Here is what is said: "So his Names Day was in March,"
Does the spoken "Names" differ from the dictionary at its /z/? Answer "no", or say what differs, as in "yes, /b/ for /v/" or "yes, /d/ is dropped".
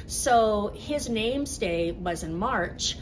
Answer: no